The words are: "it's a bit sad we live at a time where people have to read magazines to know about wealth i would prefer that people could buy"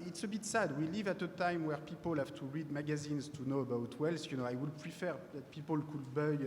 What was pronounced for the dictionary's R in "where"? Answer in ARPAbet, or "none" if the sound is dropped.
R